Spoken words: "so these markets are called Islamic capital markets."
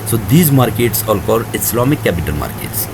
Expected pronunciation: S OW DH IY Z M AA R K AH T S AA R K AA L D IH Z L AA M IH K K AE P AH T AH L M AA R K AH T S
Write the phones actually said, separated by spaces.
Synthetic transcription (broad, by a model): S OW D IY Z M AA R K AH T S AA L K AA D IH S L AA M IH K K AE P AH T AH L M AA R K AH T S